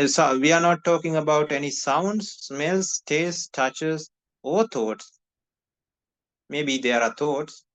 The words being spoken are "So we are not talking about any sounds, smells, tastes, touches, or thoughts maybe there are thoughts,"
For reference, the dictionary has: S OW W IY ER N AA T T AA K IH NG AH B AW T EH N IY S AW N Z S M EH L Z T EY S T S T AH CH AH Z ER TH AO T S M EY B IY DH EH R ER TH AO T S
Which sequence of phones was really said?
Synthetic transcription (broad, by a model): S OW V IY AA N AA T T AA K IH NG AH B AW T EH N IY S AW N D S M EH L S T EY S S T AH CH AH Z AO T AO T S M EY B IY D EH R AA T AO T S